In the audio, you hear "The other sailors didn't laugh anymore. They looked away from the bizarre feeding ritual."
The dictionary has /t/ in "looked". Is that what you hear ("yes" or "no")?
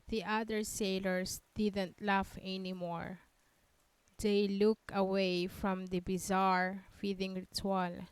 no